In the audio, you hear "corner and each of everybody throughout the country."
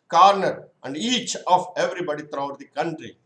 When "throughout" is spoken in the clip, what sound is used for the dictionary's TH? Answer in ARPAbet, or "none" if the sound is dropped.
T